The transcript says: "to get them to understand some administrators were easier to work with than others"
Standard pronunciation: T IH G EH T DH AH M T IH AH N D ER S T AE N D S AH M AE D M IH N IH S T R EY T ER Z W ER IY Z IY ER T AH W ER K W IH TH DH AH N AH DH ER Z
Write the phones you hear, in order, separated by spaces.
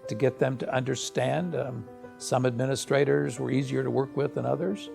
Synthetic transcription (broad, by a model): T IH G EH T DH AH M T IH AH N D ER S T AE N D S AH M AE D M IH N IH S T R EY T ER Z W ER IY Z IY ER T AH W ER K W IH DH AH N AH DH ER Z